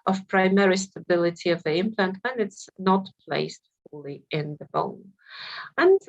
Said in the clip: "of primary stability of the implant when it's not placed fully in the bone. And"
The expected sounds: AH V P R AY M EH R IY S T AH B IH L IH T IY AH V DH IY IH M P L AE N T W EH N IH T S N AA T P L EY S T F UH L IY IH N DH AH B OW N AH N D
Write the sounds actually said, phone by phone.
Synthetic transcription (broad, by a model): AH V P R AY M EH R IY S T AH B IH L IH T IY AH V DH IY IH M P L AE N T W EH N IH T S N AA T P L EY S T F UH L IY IH N DH AH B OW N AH N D